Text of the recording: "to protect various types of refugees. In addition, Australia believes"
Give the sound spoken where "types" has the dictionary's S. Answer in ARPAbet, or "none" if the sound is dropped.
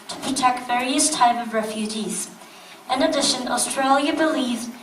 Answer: none